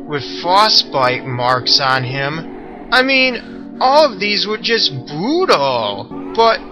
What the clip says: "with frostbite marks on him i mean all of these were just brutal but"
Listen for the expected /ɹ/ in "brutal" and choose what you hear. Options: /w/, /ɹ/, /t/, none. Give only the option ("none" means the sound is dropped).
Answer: none